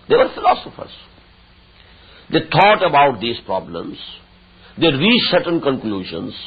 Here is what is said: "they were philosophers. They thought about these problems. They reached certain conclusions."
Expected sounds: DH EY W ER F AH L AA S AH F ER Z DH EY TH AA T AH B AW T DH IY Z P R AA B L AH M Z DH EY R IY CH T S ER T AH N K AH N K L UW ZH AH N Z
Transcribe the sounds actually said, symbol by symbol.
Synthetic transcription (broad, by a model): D EY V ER F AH L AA S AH F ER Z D EY T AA T AH B AW T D IY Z P R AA B L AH M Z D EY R IY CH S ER T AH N K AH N K L UW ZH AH N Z